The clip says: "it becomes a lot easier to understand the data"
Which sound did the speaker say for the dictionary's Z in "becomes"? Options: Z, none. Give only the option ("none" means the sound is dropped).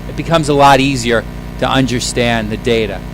Z